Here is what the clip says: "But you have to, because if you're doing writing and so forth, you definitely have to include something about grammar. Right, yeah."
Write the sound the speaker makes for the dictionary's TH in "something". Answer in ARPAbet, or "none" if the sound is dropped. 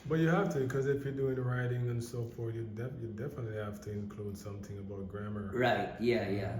TH